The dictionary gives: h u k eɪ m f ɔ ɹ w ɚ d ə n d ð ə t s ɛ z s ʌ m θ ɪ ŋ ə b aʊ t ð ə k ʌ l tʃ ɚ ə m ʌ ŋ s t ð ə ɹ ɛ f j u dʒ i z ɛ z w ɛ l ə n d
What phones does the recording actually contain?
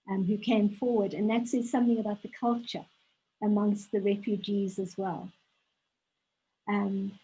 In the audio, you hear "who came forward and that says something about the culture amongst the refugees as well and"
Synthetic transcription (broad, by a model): h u k eɪ m f ɔ ɹ w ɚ d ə n ð ə t s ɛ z s ʌ m θ ɪ ŋ ə b aʊ t ð ə k ʌ l tʃ ɚ ə m ʌ ŋ s t ð ə ɹ ɛ f j u dʒ i z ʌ z w ɛ l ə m